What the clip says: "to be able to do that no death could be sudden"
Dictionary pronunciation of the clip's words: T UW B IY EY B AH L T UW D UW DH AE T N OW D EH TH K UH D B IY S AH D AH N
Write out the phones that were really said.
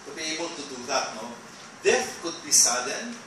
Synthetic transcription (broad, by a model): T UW B IY EY B AH L T UW D UW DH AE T N OW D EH F K UH D B IY S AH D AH N